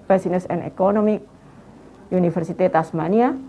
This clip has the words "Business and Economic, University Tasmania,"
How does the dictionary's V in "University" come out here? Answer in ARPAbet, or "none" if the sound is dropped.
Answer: F